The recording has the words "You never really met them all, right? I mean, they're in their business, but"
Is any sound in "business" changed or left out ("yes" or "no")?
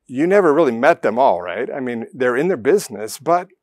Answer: no